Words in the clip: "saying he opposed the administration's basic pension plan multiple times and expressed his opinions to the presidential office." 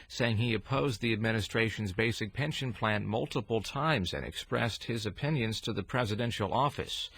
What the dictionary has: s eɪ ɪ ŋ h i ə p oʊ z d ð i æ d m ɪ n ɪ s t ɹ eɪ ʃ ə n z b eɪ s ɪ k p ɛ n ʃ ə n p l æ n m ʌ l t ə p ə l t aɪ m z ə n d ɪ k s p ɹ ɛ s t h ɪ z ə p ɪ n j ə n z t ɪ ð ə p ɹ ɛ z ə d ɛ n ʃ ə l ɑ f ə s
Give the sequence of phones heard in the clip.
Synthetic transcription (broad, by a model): s eɪ ɪ ŋ i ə p oʊ z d ð i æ d m ɪ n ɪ s t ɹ eɪ ʃ n z b eɪ s ɪ k p ɛ n ʃ ə n p l æ n m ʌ l t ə p l t aɪ m z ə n ɪ k s p ɹ ɛ s t h ɪ z ə p ɪ n j ə n z t ɪ ð ə p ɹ ɛ z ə d ɛ n ʃ l ɑ f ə s